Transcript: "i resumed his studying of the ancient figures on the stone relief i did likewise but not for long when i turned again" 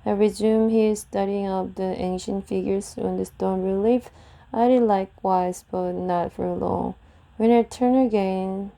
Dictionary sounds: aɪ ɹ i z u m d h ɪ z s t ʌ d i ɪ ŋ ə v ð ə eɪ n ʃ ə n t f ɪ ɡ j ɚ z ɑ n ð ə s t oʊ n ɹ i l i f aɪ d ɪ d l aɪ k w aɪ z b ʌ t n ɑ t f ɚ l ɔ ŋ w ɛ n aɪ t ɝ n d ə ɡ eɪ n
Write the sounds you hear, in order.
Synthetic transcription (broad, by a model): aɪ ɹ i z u m h ɪ z s t ʌ d i ɪ ŋ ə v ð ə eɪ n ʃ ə n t f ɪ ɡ j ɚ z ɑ n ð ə s t oʊ n ɹ i l i f aɪ d ɪ d l aɪ k w aɪ z b ʌ t n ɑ t f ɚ l ɔ ŋ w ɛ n aɪ t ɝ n ə ɡ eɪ n